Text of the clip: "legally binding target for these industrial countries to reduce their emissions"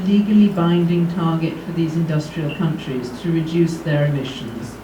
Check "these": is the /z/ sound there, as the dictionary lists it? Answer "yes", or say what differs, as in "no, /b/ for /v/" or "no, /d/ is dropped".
yes